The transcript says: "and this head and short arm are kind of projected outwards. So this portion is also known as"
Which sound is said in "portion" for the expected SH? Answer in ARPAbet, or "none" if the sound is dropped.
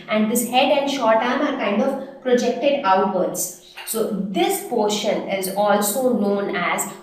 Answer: SH